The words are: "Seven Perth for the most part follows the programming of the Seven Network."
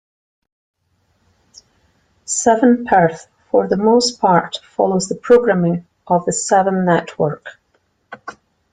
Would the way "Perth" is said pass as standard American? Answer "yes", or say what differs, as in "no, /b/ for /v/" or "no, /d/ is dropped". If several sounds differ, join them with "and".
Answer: yes